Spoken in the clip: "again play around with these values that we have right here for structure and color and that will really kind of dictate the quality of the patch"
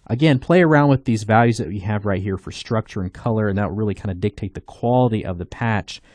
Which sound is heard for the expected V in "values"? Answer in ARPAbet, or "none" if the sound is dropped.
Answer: V